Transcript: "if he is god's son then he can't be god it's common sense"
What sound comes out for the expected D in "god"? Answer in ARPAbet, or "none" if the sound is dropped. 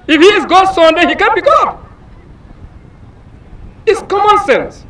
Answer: none